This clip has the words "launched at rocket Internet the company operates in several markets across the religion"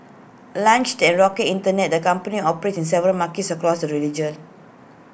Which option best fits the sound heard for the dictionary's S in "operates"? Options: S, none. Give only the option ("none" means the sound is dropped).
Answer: none